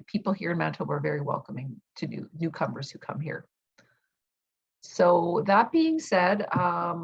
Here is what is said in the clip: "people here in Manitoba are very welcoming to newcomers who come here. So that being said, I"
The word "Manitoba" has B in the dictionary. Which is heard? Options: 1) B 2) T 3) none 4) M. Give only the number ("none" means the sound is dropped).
3